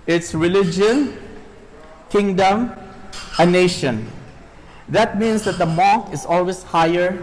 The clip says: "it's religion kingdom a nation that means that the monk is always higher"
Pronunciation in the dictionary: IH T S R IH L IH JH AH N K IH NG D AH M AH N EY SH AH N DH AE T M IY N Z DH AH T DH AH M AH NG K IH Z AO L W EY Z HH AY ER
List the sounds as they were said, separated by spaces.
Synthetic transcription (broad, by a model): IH T S R IH L IH JH AH N K IH NG D AH M AH N EY SH AH N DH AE T M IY N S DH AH T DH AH M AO K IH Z AO L W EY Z HH AY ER